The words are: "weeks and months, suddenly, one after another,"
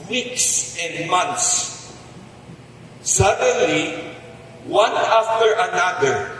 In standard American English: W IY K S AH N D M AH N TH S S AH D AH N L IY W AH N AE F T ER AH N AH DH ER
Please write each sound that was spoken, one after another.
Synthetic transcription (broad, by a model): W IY K S AH N D M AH N T S S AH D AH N L IY W AH N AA F T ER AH N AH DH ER